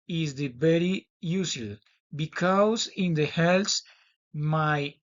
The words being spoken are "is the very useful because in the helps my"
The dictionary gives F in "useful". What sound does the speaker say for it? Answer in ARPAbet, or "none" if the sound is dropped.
none